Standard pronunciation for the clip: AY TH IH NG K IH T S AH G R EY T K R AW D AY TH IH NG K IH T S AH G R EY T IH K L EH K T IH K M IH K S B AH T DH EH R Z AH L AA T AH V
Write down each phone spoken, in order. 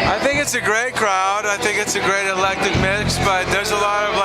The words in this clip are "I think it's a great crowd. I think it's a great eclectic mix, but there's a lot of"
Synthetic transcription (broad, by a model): AY TH IH NG K IH T S AH G R EY T K R AW D AY TH IH NG K IH T S AH G R EY T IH L EH K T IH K M IH K S B AH T DH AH R Z AH L AA T AH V